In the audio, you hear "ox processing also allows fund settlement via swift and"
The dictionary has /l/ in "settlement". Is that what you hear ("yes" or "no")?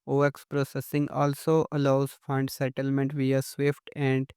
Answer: yes